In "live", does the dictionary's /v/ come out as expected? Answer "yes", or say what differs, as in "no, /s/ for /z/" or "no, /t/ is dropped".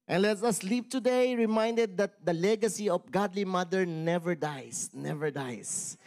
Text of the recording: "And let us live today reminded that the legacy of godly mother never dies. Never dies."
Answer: no, /p/ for /v/